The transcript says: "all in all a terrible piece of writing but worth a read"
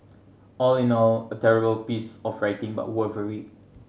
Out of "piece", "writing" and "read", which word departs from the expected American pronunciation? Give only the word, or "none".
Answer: read